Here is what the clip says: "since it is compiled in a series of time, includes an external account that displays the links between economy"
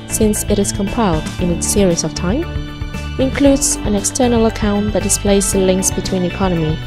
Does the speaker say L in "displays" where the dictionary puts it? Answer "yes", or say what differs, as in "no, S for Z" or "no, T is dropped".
yes